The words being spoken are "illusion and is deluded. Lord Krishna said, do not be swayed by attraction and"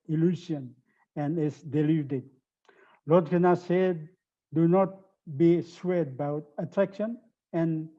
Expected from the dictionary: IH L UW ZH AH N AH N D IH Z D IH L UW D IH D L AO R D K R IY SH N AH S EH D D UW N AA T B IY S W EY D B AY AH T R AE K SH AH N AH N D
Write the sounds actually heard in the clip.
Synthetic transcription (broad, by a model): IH L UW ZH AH N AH N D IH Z D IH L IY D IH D L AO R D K IY N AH S EH D D UW N AA T B IY S W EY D B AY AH T R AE K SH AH N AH N